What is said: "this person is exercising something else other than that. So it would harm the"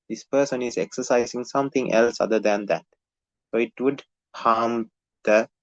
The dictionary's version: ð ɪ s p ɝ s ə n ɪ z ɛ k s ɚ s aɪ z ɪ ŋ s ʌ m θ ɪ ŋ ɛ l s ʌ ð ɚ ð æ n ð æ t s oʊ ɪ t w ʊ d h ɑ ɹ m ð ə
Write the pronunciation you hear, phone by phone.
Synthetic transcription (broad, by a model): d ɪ s p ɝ s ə n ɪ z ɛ k s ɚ s aɪ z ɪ ŋ s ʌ m t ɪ ŋ ɛ l s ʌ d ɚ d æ n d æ t s oʊ ɪ t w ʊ d h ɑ m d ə